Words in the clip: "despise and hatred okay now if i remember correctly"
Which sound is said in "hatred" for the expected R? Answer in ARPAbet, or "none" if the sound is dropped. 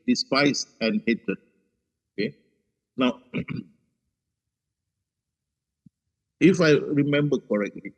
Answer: none